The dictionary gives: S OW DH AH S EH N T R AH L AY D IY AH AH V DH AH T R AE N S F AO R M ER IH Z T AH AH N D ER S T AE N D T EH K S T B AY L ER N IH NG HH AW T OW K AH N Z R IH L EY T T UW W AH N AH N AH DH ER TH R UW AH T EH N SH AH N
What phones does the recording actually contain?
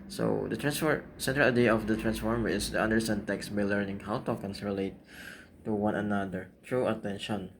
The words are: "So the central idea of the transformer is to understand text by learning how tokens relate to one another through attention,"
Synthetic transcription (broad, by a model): S OW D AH S EH N T R AH L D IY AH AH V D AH T R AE N S F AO R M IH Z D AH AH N D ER S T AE N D T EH K S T B AY L ER N IH NG HH AW T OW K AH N S R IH L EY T T UW W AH N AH N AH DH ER T R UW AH T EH N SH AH N